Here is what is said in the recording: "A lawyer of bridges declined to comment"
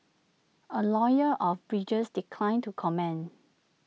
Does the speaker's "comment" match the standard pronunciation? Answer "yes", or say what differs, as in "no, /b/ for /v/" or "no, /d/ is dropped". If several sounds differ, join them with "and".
no, /t/ is dropped